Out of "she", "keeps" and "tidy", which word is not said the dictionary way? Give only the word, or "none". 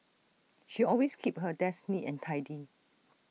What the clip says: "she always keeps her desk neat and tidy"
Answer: keeps